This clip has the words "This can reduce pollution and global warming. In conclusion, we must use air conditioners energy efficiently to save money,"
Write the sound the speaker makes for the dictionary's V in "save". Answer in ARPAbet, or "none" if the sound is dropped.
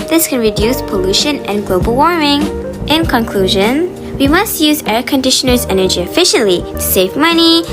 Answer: V